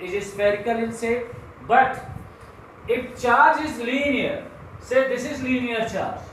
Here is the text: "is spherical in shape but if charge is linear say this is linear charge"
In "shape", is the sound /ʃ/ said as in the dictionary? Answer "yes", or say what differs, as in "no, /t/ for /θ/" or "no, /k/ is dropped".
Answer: no, /s/ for /ʃ/